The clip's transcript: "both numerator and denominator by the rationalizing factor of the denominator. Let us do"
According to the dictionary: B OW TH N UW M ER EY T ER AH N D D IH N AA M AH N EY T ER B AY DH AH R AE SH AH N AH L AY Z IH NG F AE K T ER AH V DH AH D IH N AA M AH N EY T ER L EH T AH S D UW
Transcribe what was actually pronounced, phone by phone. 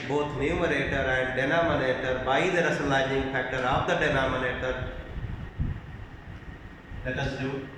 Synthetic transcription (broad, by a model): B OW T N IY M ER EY T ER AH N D D IH N AA M AH N EY T ER B AY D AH R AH S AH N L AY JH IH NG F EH K T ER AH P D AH D IH N AA M AH N EY T ER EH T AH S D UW